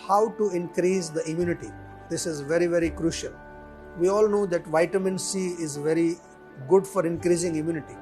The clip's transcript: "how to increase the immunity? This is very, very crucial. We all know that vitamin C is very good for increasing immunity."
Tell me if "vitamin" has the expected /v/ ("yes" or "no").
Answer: yes